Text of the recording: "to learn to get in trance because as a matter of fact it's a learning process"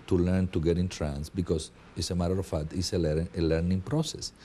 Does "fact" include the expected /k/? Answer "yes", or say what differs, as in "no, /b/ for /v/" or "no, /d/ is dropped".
no, /k/ is dropped